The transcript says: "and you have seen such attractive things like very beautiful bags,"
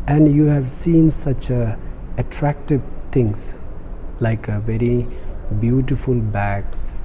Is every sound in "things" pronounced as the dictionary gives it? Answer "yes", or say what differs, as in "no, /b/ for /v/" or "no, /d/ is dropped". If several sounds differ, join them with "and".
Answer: no, /t/ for /θ/